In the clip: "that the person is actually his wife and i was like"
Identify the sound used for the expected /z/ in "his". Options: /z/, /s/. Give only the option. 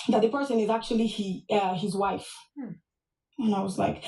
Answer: /z/